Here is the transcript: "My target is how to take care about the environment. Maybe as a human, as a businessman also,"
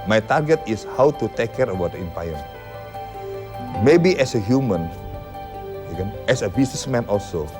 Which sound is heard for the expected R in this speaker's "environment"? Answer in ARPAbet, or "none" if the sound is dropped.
none